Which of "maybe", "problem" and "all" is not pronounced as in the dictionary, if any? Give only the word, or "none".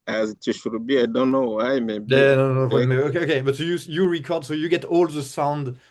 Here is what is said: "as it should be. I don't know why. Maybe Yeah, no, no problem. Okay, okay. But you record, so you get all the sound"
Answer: problem